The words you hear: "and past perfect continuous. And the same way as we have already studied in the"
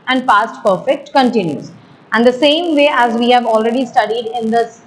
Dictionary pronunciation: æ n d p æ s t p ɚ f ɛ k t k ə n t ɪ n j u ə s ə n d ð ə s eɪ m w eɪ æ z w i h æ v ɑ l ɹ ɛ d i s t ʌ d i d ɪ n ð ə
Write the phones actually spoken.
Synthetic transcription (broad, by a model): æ n d p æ s t p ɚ f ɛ k t k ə n t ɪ n j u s ə n d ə s eɪ m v eɪ æ z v i h æ v ɑ l ɹ ɛ d i s t ʌ d i d ɪ n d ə